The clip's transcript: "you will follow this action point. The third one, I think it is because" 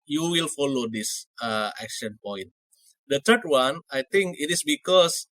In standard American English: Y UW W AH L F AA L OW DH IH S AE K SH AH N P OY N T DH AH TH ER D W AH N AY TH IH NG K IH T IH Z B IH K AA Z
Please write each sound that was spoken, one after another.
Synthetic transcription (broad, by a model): Y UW W AH L F AA L OW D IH S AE K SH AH N P OY N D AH T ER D W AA N AY T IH NG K IH T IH S B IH K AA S